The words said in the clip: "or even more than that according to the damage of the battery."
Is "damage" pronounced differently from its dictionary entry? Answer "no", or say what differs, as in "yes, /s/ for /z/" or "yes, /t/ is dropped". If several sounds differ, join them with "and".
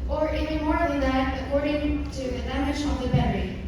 yes, /ʃ/ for /dʒ/